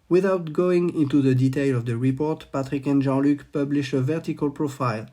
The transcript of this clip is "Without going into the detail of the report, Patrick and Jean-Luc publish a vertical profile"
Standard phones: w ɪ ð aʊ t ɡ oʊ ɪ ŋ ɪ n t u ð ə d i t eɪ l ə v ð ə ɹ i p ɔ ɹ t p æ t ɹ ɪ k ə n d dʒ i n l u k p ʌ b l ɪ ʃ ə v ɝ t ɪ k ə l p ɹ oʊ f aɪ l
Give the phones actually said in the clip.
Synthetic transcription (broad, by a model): w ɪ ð aʊ t ɡ oʊ ɪ ŋ ɪ n t u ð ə d i t eɪ l ə v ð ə ɹ i p ɔ ɹ t p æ t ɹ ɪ k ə n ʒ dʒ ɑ l u k p ʌ b l ɪ ʃ ə v ɝ t ɪ k ə l p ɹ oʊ f aɪ l